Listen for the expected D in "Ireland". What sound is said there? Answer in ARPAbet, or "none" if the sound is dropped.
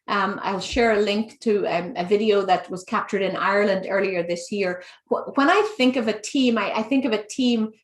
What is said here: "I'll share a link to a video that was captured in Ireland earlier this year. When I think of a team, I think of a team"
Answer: D